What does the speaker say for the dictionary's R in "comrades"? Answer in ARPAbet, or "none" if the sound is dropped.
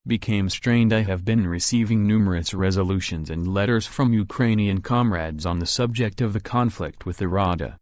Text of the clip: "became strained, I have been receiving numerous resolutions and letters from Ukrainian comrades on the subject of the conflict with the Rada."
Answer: R